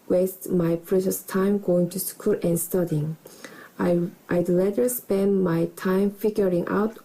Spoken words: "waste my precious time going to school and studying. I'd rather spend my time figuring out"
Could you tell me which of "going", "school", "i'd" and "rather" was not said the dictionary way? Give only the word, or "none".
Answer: rather